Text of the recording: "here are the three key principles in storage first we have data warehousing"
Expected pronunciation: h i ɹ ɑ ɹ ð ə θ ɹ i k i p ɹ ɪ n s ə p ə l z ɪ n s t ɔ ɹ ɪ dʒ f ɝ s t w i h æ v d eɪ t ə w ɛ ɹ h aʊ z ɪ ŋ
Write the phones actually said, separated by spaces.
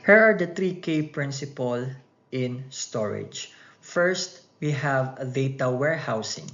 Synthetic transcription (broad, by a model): h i ɹ ɑ ɹ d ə t ɹ i k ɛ p ɹ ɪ n s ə p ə l ɪ n s t ɔ ɹ ɪ dʒ f ɝ s t w i h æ v d eɪ t ə w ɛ ɹ h aʊ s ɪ ŋ